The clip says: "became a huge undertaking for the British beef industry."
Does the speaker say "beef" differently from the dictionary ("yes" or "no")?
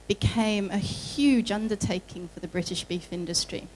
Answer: no